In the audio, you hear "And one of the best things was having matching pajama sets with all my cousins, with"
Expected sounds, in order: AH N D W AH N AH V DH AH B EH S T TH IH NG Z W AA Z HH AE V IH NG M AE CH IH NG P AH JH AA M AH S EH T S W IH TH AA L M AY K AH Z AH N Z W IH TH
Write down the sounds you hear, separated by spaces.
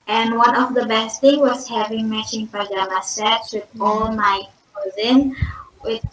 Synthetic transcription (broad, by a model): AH N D W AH N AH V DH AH B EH S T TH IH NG W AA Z HH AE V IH NG M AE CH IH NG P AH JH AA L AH S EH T S W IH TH AA L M AY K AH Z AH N W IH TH